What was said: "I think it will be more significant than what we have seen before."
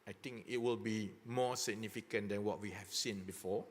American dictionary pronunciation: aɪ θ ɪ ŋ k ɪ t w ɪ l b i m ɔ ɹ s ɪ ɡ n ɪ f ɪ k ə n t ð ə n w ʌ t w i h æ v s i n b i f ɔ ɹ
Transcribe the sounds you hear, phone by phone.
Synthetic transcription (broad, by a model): aɪ t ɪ ŋ k ɪ t w ɪ l b i m ɔ s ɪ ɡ n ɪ f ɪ k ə n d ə n w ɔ t w i h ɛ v s i n b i f ɔ